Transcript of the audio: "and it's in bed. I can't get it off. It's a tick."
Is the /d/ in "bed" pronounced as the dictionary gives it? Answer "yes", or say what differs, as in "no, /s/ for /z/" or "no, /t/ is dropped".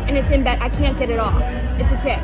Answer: no, /d/ is dropped